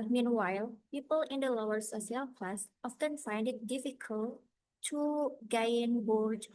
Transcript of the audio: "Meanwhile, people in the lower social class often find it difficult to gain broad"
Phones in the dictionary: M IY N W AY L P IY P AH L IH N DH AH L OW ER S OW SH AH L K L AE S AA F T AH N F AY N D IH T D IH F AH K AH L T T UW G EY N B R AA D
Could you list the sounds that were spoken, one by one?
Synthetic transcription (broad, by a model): M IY N W AY L P IY P AH L IH N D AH L OW ER S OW S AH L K L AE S AA F T AH N F AY N D IH T D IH F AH K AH L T T UW G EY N B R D